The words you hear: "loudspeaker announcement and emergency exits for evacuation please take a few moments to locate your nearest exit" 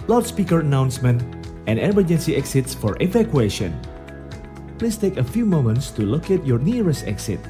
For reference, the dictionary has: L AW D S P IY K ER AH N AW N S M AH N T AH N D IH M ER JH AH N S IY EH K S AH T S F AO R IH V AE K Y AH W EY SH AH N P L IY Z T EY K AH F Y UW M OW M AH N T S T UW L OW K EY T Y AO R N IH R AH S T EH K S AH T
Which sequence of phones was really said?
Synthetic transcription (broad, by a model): L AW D S P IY K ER AH N AW N S M AH N T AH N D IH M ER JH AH N S IY EH K S AH T S F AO R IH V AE K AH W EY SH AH N P L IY S T EY K AH F Y UW M OW M AH N T S T UW L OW K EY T Y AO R N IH R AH S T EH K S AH T